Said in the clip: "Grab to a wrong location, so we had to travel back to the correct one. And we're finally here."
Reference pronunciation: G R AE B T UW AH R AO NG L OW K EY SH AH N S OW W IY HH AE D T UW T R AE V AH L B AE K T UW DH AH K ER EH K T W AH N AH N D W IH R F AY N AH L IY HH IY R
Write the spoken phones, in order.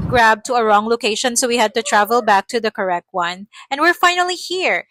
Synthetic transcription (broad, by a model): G R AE B T UW AH R AO NG L OW K EY SH AH N S OW W IY HH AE D T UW T R AE V AH L B AE K T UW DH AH K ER EH K T W AH N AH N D W IH R F AY N AH L IY HH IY R